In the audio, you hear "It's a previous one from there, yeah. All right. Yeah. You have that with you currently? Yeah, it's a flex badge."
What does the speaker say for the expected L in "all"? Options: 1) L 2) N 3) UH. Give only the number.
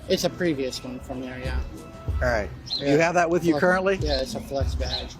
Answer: 2